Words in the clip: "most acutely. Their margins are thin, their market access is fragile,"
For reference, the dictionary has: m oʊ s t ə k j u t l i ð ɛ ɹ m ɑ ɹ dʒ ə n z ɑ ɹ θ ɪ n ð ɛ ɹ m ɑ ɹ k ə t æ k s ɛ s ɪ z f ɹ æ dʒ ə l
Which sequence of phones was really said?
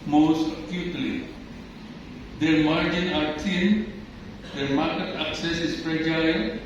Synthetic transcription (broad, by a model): m oʊ s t ə k j u t l i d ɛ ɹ m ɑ ɹ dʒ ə n ɑ ɹ t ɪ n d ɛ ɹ m ɑ ɹ k ə t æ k s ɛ s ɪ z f ɹ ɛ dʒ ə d